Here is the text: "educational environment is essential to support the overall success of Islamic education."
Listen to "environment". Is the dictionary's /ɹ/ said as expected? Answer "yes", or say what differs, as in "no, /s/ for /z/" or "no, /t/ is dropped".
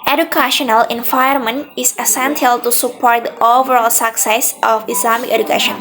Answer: no, /ɹ/ is dropped